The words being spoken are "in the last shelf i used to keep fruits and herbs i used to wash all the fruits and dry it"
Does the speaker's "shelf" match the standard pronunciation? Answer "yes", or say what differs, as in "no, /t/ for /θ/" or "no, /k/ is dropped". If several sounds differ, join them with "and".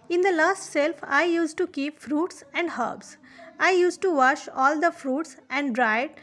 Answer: no, /s/ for /ʃ/